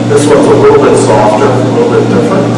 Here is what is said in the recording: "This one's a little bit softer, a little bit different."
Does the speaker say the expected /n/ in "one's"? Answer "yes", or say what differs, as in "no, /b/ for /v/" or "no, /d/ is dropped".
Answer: no, /n/ is dropped